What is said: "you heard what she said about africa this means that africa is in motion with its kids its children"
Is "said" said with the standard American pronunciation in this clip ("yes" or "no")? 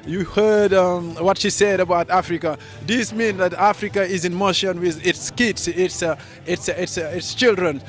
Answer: yes